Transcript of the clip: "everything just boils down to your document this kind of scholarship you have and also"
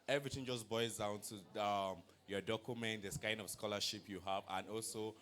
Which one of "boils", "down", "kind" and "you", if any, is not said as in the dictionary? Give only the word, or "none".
boils